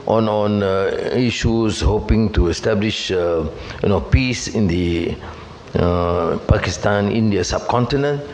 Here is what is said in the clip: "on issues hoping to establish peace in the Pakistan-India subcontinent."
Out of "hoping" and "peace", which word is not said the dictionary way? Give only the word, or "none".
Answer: none